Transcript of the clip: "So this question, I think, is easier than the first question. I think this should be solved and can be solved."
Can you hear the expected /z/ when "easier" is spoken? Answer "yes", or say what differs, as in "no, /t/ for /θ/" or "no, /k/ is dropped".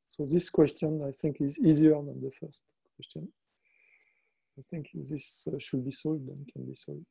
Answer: yes